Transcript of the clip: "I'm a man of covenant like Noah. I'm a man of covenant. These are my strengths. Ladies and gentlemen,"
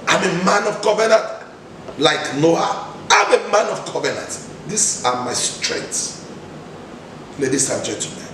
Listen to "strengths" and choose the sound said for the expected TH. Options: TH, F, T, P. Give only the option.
T